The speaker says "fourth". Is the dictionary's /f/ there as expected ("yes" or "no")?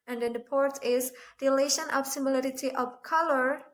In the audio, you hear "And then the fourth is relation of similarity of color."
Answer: no